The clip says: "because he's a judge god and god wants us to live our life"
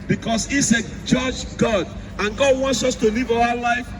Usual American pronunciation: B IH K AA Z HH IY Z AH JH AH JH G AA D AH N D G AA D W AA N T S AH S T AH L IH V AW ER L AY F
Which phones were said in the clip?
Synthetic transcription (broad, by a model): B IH K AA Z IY S AH JH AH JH G AA D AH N G AA D W AA N T S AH S T AH L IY V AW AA L AY F